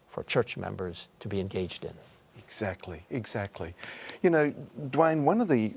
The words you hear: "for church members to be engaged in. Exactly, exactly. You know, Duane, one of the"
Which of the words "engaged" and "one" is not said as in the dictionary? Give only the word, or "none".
none